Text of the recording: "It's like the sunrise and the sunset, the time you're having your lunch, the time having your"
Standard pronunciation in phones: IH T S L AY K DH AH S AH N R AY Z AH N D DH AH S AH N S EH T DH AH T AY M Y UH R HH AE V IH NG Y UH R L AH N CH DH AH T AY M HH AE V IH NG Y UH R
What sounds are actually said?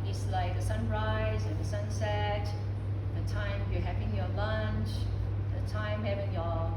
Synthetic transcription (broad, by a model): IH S L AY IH DH AH S AH N R AY Z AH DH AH S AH N S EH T DH AH T AY M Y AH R HH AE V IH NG Y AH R L AH N CH DH AH T AY M HH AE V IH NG Y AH